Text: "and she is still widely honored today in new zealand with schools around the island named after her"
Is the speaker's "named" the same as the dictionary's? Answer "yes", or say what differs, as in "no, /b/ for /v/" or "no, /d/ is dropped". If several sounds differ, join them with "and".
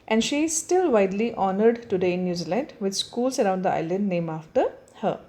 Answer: no, /d/ is dropped